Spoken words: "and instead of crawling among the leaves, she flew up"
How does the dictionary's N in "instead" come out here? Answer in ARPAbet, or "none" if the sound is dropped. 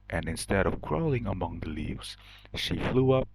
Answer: N